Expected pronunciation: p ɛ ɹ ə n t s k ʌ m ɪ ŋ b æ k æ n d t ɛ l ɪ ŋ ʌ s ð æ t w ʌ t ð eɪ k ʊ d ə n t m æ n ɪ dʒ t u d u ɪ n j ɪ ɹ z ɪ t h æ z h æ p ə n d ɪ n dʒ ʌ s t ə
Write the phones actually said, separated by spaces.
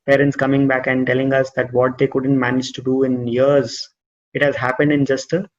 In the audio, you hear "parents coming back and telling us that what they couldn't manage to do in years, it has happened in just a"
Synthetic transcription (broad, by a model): p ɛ ɹ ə n t s k ʌ m ɪ ŋ b æ k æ n d t ɛ l ɪ ŋ ʌ s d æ t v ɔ t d eɪ k ʊ d ə n t m æ n ɪ dʒ t u d u ɪ n j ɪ ɹ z ɪ t h æ z h æ p ə n d ɪ n dʒ ʌ s t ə